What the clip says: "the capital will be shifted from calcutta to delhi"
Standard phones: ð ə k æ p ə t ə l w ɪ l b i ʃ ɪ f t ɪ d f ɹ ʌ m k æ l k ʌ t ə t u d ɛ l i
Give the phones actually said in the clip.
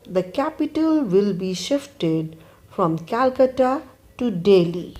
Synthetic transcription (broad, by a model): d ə k æ p ə t ə l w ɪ l b i ʃ ɪ f t ɪ d f ɹ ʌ m k æ l k ʌ t ə t u d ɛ l i